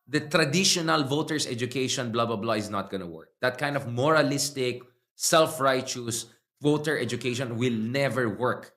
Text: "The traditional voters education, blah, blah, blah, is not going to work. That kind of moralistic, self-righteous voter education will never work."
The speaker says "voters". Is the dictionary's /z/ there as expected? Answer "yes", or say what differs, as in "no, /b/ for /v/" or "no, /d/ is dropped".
no, /s/ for /z/